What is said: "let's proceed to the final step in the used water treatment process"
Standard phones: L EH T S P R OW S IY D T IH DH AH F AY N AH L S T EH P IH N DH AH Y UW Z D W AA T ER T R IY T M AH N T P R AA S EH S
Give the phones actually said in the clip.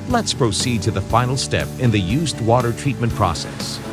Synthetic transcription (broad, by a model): L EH T S P R OW S IY D T IH DH AH F AY N L S T EH P IH N DH AH Y UW Z D W AA T ER T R IY T M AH N P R AA S EH S